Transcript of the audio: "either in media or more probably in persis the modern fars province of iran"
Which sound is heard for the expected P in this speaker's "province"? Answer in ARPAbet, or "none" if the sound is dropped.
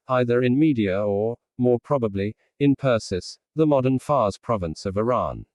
P